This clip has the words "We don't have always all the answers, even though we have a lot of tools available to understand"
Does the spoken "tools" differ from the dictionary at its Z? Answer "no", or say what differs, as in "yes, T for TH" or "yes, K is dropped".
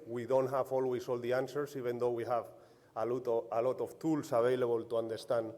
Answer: yes, S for Z